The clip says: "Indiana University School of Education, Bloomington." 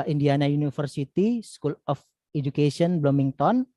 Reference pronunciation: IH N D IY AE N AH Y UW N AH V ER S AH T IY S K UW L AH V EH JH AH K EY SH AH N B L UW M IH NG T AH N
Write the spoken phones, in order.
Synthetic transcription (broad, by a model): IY N D IY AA N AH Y UW N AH F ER S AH T IY S K UW L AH F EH JH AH K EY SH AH N B L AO M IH NG T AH N